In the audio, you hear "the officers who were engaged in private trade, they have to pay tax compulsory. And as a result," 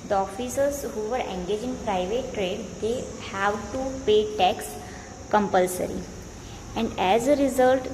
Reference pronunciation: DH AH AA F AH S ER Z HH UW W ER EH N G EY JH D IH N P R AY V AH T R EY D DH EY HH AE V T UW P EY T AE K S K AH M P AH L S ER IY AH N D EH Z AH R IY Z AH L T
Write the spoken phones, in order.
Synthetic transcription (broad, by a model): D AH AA F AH S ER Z HH UW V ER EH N G EY JH IH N P R AY V AH T R EY D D EY HH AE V T UW P EY T AE K S K AH M P AH L S ER IY AH N D EH Z AH R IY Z AH L T